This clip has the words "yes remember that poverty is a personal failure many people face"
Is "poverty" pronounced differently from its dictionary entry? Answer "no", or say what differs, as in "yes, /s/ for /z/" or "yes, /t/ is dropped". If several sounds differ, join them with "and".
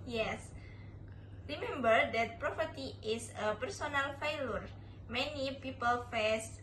yes, /p/ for /v/